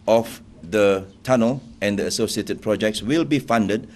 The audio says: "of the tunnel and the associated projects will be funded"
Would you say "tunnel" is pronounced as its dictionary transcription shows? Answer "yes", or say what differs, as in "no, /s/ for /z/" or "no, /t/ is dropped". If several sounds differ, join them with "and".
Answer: yes